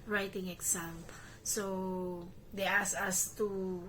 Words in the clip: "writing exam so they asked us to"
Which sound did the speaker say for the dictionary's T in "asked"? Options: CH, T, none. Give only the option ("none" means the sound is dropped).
none